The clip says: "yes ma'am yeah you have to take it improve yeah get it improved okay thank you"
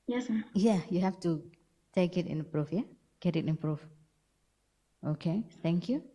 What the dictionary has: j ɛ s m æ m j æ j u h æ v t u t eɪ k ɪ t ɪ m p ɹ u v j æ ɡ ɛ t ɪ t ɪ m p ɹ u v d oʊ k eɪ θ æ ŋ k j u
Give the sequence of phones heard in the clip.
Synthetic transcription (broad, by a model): j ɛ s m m j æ j u h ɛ f t u t eɪ k ɪ t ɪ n p ɹ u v j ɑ ɡ ɛ t ɪ t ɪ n p ɹ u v oʊ k eɪ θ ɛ ŋ k j u